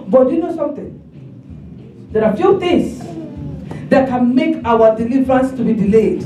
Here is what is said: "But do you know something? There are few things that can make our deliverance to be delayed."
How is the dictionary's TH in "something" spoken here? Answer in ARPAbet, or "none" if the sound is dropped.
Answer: T